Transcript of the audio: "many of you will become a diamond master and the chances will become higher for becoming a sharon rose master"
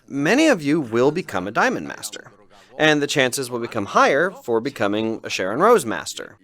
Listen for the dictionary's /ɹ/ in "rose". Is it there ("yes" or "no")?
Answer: yes